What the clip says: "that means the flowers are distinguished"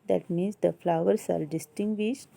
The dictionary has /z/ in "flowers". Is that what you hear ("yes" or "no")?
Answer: no